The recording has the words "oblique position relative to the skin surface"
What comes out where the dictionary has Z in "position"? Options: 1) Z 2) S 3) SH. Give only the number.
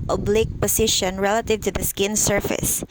2